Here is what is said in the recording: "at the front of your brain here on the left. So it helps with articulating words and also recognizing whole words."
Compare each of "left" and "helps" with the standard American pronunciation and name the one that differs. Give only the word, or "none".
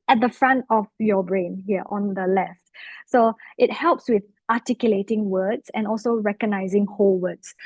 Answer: none